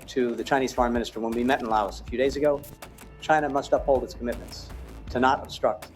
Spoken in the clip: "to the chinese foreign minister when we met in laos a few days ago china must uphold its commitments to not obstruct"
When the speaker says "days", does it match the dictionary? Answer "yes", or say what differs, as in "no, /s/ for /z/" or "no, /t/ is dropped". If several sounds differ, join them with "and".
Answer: yes